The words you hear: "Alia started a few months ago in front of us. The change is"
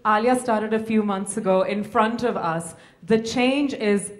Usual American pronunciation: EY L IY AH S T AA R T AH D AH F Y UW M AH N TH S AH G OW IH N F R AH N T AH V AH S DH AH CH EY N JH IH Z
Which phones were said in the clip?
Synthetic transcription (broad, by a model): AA L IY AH S T AA R T AH D AH F Y UW M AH N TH S AH G OW IH N F R AH N T AH V AH S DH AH CH EY N JH IH Z